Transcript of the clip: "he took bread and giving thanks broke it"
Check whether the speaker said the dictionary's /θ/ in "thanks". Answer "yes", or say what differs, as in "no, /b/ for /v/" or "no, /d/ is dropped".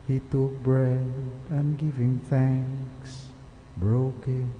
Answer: yes